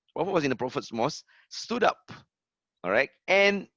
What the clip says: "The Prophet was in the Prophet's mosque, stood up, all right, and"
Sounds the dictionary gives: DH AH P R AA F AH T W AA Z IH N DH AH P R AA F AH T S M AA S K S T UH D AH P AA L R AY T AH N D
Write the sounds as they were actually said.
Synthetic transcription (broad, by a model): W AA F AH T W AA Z IH N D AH P R AA F AH T S M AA S S T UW D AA P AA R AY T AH N